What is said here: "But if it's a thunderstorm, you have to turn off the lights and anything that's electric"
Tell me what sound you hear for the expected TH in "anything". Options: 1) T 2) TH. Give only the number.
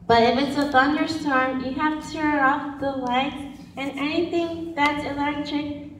2